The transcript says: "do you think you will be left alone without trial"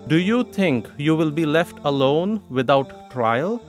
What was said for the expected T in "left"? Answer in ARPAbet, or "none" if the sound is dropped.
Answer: T